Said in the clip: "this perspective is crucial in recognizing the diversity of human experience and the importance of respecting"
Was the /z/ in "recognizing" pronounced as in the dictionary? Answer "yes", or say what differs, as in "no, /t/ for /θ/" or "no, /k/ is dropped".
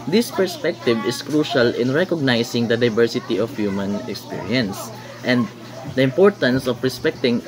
no, /s/ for /z/